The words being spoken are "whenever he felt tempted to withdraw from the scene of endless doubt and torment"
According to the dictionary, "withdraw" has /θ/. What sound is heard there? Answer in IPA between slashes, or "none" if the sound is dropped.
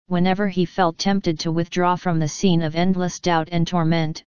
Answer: /θ/